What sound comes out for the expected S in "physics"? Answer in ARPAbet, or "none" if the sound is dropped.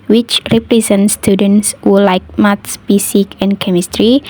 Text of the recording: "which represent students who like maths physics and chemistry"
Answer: none